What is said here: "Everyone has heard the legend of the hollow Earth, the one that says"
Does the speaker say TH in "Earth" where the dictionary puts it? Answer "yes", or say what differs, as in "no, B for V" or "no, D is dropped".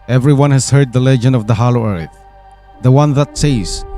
yes